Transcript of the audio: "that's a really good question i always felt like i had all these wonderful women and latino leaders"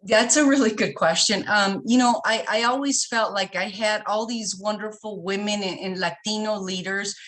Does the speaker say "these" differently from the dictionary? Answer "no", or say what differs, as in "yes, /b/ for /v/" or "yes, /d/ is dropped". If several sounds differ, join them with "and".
no